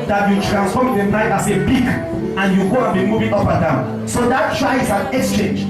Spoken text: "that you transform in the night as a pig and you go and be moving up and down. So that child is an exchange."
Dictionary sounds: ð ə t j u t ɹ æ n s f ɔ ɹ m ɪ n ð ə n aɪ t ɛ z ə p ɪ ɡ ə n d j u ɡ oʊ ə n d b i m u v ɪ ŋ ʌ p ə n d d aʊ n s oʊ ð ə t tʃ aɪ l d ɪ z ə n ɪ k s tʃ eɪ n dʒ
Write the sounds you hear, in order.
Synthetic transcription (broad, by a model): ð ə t j u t ɹ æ n s f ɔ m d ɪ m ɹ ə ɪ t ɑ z ə b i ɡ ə n j u ɡ oʊ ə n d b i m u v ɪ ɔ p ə n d d aʊ n s oʊ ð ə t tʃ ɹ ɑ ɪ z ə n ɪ k s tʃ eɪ n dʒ